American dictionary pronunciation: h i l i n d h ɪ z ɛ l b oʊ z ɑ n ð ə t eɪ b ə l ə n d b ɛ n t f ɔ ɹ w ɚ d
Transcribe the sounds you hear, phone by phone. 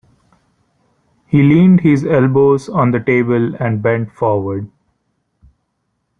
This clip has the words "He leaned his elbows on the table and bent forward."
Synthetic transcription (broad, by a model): h i l i n d h ɪ z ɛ l b oʊ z ɑ n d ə t eɪ b ə l ə n d b ɛ n t f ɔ ɹ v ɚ d